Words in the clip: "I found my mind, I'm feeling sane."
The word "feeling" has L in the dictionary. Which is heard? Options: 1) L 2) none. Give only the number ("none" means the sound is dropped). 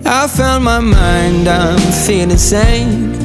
2